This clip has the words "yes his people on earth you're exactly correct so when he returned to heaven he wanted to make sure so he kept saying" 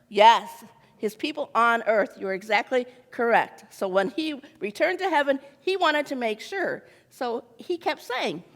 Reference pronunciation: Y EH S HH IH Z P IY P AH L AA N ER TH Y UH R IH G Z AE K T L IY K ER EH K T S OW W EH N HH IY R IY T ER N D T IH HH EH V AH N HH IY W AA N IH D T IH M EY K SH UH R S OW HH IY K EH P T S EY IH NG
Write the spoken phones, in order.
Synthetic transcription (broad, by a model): Y EH S HH IH Z P IY P L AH N ER TH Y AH R IH G Z AE K T L IY K ER EH K T S OW W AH N IY R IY T ER N T IH HH EH V AH N IY W AA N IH D T IH M EY K SH UH R S OW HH IY K EH P T S EY IH NG